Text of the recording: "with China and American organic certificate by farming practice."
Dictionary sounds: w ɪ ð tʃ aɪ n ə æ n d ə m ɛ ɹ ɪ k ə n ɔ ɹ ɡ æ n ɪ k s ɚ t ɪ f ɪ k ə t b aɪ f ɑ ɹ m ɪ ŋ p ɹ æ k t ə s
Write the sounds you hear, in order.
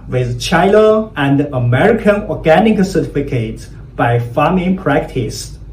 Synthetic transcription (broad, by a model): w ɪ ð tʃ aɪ l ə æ n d ə m ɛ ɹ ɪ k ə n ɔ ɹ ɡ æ n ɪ k s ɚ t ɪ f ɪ k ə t b aɪ f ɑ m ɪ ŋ p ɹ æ k t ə s